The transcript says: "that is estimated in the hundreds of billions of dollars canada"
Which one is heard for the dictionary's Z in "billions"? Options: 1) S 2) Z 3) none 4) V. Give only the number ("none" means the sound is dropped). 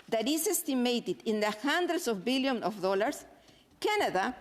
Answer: 3